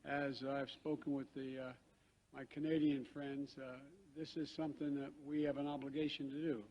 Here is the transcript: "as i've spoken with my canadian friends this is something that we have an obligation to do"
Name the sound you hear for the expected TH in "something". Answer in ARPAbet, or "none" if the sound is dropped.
TH